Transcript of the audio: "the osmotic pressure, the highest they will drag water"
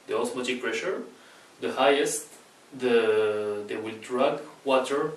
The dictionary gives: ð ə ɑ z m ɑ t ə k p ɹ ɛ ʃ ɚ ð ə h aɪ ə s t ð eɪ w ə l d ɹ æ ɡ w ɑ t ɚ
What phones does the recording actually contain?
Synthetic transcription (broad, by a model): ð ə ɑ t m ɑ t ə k p ɹ ɛ ʃ ɚ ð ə h aɪ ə s t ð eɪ w ə l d ɹ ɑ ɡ w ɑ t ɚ